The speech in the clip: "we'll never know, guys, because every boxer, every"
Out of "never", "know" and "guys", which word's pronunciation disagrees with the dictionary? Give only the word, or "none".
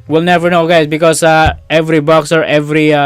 guys